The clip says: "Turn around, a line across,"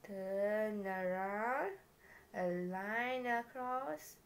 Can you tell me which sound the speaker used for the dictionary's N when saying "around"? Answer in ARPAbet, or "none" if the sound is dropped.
none